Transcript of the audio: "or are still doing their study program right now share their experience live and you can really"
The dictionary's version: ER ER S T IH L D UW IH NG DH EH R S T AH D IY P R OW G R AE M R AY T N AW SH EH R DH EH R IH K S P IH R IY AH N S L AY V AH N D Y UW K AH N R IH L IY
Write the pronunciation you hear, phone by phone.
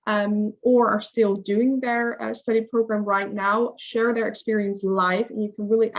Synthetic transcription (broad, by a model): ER ER S T IH L D UW IH NG DH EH R S T AH D IY P R OW G R AE M R AY T N AW SH EH R DH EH R IH K S P IH R IY AH N S L AY F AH N Y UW K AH N R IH L IY